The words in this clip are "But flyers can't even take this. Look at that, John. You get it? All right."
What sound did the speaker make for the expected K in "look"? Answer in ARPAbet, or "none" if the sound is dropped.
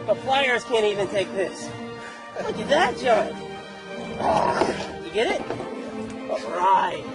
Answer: none